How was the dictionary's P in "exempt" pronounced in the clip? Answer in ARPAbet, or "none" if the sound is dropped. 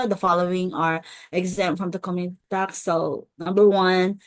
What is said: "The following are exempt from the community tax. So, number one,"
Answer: none